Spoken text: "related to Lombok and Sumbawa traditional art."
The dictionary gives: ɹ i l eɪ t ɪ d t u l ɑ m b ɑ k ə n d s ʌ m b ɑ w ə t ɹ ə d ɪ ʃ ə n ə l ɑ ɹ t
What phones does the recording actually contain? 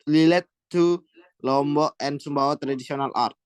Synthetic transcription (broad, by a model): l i l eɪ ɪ t u l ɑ m b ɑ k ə n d s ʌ m b ɑ w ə t ɹ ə d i s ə n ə l ɑ ɹ t